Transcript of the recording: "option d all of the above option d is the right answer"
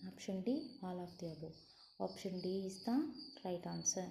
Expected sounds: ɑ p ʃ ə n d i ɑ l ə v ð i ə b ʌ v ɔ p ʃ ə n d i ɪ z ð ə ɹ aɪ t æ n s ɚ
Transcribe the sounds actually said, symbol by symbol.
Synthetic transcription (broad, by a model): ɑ p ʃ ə n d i ɑ l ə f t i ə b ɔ ɔ p ʃ ə n d i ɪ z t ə ɹ aɪ t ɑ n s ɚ